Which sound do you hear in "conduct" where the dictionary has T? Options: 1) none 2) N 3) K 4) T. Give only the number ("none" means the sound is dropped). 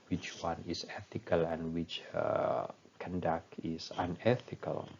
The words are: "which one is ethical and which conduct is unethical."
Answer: 1